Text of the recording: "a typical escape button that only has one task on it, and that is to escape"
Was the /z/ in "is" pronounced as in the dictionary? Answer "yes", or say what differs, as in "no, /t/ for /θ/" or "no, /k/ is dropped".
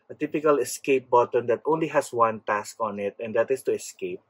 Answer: no, /s/ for /z/